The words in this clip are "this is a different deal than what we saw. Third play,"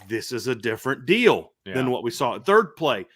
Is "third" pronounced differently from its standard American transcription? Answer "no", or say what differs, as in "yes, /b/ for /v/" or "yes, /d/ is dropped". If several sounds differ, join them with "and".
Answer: no